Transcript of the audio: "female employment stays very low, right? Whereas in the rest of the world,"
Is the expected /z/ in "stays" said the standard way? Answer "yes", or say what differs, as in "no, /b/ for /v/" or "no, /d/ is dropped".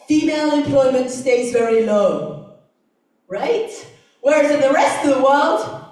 yes